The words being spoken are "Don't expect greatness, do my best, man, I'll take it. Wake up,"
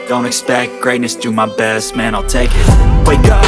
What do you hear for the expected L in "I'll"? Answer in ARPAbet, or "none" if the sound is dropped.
L